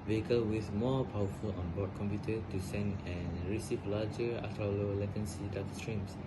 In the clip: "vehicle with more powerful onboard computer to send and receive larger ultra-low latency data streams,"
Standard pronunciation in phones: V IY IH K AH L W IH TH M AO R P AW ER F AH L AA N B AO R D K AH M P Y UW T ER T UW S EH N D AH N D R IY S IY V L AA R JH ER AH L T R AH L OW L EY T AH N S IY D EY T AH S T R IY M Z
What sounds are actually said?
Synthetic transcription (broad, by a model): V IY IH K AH L W IH TH M AO P AW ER F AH L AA N B AO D K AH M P Y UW T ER T UW S EH N D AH N R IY S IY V L AA JH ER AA T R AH L OW L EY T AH N S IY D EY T S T R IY M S